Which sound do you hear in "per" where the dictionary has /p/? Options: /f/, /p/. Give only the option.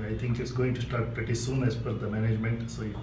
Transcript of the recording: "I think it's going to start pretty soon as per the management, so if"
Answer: /f/